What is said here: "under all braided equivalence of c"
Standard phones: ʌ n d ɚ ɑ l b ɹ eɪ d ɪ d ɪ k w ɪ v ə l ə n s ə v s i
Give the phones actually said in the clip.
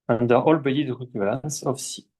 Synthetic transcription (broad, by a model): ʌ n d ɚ ɑ l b eɪ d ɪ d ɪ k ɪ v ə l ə n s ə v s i